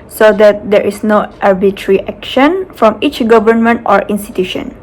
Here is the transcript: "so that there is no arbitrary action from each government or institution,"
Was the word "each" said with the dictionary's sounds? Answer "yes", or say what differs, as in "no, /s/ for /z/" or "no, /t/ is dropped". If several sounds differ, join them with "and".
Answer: yes